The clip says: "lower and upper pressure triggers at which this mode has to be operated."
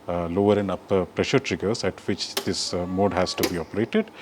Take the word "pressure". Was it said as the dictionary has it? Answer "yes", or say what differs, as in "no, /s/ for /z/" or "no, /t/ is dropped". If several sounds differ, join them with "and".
yes